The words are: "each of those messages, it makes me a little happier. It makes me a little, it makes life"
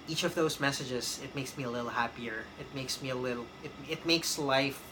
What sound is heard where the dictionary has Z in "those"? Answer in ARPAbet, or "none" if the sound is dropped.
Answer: Z